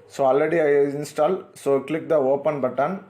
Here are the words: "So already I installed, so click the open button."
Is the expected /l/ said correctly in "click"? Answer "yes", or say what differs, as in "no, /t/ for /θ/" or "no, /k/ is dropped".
yes